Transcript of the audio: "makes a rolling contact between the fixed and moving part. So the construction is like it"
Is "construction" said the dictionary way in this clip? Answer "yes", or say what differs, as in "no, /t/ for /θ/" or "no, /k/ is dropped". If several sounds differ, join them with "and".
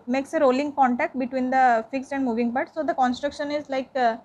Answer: yes